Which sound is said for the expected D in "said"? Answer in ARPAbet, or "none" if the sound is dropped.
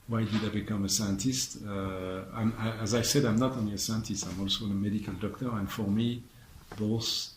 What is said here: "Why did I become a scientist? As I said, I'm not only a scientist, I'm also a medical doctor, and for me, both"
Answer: D